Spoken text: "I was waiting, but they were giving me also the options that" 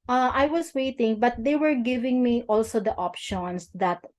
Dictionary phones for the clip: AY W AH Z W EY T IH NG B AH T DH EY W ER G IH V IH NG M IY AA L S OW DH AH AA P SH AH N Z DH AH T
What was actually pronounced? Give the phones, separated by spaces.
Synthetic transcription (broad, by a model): AY W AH S W EY T IH NG B AH T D EY W ER G IH V IH NG M IY AA L S OW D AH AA P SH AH N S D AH T